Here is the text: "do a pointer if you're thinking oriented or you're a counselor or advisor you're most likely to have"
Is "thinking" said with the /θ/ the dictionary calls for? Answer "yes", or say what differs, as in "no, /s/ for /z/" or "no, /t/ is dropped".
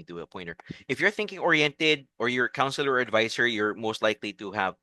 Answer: yes